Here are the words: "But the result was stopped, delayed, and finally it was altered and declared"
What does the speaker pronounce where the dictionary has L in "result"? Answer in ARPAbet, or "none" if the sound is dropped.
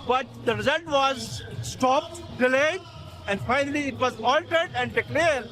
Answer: N